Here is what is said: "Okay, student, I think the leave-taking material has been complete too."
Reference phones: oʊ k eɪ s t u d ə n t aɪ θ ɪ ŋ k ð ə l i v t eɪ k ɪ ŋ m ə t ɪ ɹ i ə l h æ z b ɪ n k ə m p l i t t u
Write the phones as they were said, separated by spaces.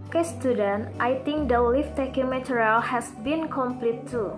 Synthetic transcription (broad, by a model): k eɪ s t u d ə n t aɪ t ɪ ŋ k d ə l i f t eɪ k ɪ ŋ m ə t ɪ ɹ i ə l h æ s b ɪ n k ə m p l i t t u